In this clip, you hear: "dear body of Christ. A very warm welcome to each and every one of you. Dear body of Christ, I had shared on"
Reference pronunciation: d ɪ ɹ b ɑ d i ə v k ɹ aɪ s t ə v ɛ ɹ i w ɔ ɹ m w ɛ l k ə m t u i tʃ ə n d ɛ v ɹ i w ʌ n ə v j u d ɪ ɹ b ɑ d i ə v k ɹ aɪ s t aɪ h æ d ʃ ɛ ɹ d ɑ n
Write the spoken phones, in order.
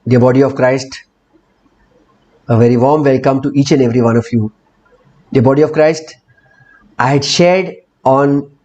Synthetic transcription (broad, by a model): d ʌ b ɑ d i ə v k ɹ aɪ s t ə v ɛ ɹ i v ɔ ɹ m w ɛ l k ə m t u i tʃ ə n d ɛ v ɹ i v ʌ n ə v j u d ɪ b ɑ d i ə v k ɹ aɪ s t aɪ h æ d ʃ ɛ ɹ d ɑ n